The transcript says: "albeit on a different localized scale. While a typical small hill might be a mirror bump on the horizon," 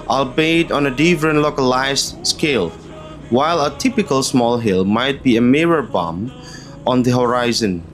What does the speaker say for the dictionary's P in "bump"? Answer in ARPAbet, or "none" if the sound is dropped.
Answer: none